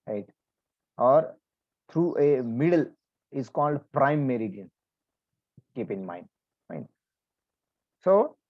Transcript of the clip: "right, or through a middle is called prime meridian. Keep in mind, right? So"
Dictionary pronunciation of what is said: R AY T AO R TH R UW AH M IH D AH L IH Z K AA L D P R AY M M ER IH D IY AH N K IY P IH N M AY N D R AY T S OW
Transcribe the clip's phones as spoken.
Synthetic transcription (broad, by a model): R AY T AO R T R UW AH M IH D AH L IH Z K AA L D P R AY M M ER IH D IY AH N K IY P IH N M AY N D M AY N S OW